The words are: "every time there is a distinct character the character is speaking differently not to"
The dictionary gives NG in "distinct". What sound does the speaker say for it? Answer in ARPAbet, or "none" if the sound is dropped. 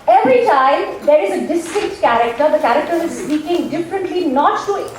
none